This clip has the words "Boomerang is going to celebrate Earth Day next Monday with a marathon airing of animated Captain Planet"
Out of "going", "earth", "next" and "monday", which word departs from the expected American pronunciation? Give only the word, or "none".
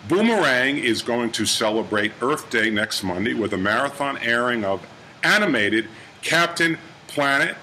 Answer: none